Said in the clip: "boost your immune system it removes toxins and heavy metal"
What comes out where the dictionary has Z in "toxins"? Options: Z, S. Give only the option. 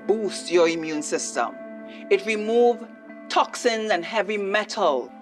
Z